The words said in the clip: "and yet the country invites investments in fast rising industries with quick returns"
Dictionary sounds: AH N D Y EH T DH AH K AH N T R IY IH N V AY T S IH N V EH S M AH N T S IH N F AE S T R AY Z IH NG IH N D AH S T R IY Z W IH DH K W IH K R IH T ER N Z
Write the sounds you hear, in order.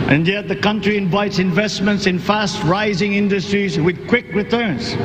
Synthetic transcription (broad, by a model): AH N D Y EH T DH AH K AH N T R IY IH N V AY T S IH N V EH S M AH N T S IH N F AE S T R AY Z IH NG IH N D AH S T R IY Z W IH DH K W IH K R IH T ER N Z